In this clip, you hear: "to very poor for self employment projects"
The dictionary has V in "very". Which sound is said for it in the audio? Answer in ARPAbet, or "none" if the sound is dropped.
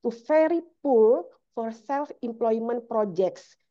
F